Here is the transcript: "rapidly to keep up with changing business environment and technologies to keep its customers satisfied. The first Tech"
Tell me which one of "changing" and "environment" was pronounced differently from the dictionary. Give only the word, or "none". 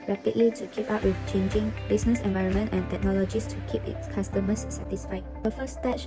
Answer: none